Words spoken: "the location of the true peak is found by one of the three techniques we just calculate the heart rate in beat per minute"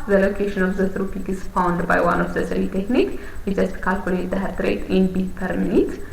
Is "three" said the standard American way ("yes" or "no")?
no